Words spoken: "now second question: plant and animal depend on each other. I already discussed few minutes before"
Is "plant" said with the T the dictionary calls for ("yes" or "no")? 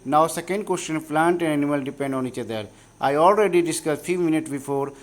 yes